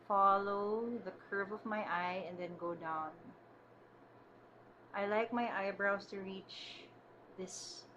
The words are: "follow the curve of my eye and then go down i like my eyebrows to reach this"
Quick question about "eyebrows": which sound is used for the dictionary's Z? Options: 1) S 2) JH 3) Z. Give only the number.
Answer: 1